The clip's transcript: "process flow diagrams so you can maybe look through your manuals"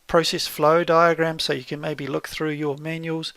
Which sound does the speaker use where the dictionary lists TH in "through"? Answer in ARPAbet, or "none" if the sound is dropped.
TH